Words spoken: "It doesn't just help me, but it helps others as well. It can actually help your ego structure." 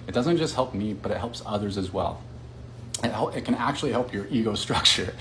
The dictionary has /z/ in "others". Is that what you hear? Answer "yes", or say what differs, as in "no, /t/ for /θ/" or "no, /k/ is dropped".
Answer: yes